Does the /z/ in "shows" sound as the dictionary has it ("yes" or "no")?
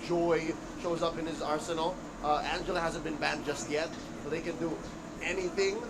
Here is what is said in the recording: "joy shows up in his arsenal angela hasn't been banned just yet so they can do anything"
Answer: yes